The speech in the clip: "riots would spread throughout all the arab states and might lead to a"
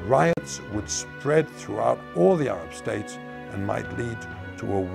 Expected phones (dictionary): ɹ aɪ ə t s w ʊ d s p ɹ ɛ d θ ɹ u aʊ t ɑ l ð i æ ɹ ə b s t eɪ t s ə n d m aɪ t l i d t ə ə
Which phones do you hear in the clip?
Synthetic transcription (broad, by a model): ɹ aɪ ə t s w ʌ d s p ɹ ɛ d θ ɹ u aʊ t ɑ l ð i æ ɹ ə b s t eɪ t s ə n m aɪ t l i d t ə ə